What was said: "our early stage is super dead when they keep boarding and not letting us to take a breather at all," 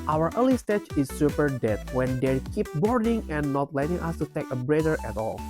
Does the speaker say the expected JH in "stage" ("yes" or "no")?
no